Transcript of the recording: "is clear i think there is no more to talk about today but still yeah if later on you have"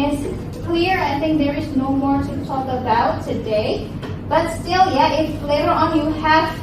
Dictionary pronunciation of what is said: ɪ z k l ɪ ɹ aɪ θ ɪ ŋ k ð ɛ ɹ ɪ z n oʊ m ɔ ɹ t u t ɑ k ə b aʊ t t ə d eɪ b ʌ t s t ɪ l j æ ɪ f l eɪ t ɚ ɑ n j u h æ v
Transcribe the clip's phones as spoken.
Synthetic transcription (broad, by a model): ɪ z k w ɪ ɹ aɪ θ ɪ ŋ k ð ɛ ɹ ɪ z n oʊ m ɔ ɹ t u t ɑ k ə b aʊ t t ə d eɪ b ʌ t s t ɪ l j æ ɪ f l eɪ t ɚ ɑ n j u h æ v